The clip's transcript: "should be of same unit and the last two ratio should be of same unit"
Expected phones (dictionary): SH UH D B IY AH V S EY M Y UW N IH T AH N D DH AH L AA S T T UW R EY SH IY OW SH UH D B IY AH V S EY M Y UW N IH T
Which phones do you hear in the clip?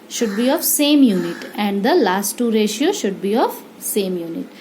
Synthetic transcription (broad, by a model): SH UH D B IY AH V S EY M Y UW N IH T AH N D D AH L AA S T T UW R EY SH IY OW SH UH D B IY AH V S EY M Y UW N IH T